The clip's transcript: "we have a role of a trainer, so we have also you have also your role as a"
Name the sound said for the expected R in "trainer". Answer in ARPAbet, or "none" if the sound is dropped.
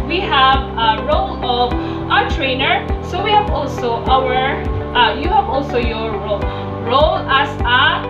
R